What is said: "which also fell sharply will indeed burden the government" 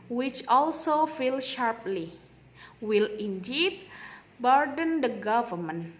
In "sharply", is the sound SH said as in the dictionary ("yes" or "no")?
yes